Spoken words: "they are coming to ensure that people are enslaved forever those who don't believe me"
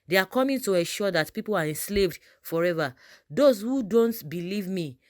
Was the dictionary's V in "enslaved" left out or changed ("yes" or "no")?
no